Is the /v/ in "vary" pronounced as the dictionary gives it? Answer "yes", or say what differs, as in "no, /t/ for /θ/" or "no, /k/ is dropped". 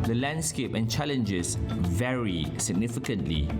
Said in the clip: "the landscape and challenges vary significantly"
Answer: yes